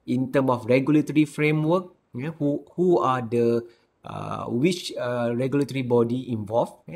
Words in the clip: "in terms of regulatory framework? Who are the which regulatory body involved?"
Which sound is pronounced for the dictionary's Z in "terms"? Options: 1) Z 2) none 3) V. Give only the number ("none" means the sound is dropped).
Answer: 2